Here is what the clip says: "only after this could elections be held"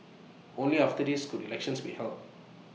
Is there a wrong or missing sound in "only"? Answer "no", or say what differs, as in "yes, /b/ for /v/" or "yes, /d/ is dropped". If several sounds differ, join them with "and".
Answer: no